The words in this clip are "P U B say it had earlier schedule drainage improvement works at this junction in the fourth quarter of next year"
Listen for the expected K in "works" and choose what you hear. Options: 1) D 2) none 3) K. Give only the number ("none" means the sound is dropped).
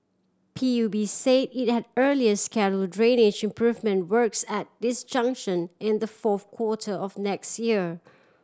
3